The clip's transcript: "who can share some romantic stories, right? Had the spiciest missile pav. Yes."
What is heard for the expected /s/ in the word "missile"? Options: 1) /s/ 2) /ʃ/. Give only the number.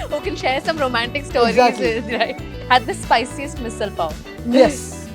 1